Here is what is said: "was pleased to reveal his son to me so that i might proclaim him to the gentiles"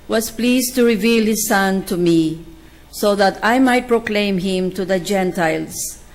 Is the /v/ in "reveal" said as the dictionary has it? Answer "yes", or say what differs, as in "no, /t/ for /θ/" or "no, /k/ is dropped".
yes